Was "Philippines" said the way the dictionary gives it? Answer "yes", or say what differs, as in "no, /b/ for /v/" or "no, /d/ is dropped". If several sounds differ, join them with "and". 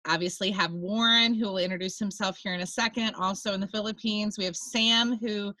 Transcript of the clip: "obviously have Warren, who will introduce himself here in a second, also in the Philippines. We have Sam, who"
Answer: yes